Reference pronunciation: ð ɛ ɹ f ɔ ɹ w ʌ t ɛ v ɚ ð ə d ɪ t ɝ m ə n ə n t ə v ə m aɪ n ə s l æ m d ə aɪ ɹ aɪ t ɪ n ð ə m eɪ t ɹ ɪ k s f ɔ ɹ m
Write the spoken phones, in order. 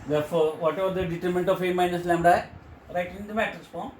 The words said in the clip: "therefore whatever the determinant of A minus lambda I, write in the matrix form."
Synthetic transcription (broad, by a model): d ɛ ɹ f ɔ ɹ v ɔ t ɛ v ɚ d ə d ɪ t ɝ m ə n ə n t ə f ə m aɪ n ə s l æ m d aɪ ɹ aɪ t ɪ n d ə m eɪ t ɪ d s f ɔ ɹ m